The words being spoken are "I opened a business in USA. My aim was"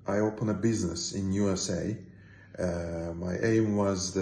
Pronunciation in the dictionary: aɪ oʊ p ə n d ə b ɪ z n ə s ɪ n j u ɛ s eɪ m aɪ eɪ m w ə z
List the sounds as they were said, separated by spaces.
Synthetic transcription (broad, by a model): aɪ oʊ p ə n ə b ɪ z n ə s ɪ n j u ɛ s eɪ m aɪ eɪ m w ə z